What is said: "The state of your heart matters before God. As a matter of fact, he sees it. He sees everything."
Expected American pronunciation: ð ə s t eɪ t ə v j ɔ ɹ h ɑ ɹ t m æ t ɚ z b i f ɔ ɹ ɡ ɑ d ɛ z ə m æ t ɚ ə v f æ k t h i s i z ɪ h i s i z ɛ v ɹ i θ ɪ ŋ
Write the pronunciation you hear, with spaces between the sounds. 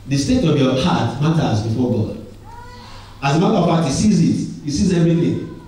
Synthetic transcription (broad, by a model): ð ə s t eɪ t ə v j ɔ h ɑ t m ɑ t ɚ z b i f ɔ ɡ ɑ d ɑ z ə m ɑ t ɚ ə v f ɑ t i s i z ɪ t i s i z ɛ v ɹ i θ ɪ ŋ